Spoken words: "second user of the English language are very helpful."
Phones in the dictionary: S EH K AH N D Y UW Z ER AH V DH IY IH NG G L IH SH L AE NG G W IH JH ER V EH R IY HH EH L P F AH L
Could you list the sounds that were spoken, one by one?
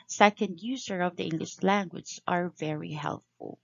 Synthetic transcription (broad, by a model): S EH K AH N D Y UW Z ER AH V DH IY IH NG G L IH SH L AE NG G W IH Z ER V EH R IY HH EH L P F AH L